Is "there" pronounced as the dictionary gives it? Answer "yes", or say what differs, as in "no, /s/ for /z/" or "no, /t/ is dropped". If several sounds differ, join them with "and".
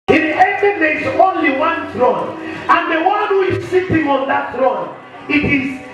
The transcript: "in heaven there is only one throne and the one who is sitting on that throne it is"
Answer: no, /l/ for /ɹ/